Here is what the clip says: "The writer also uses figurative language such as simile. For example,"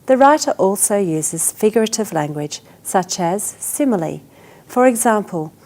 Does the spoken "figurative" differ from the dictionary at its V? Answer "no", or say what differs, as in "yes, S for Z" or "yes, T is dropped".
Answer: no